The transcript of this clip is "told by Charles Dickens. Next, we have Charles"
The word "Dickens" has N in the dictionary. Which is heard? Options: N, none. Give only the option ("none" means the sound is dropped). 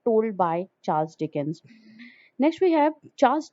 N